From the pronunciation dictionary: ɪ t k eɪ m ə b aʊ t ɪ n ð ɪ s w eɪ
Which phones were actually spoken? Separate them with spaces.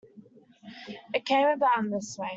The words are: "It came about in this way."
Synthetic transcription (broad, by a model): ɪ t k eɪ m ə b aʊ ɪ n ð ɪ s w eɪ